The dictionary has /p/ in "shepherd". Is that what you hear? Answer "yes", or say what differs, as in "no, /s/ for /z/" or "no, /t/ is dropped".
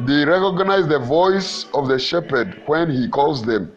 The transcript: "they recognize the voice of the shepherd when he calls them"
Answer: yes